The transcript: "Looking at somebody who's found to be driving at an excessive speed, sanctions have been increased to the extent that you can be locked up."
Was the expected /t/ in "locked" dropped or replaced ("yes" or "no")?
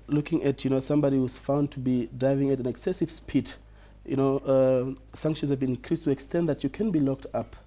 no